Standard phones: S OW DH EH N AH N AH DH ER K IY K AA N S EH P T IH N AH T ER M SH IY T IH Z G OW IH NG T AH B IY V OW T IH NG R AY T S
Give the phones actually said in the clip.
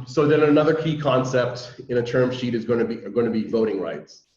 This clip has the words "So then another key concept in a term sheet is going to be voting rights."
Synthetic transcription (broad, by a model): S OW DH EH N AH N AH DH ER K IY K AA N S EH P T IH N AH T ER M SH IY T IH Z G OW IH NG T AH B IY V OW T IH NG R AY T S